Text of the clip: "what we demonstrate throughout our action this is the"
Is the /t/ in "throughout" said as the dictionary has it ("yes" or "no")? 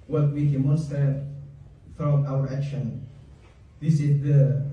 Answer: no